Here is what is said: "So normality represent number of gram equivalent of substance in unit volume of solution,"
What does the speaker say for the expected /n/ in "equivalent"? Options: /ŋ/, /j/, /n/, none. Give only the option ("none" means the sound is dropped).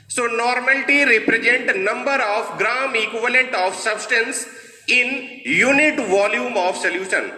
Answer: /n/